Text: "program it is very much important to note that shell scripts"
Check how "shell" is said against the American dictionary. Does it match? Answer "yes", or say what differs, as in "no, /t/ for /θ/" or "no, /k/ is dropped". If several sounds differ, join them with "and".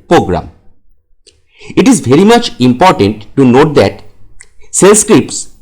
no, /s/ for /ʃ/